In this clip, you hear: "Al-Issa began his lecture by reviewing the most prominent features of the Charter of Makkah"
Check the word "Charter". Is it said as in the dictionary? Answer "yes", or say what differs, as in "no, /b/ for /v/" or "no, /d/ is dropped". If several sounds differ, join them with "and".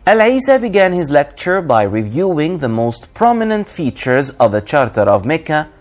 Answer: yes